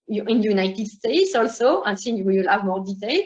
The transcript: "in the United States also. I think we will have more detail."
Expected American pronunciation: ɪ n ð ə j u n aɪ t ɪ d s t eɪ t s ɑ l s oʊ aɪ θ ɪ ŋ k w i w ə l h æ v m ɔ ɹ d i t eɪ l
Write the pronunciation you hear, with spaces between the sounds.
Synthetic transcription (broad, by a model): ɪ n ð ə j u n aɪ t ɪ d s t eɪ t s ɑ l s oʊ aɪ s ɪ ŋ w i w ə l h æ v m ɔ ɹ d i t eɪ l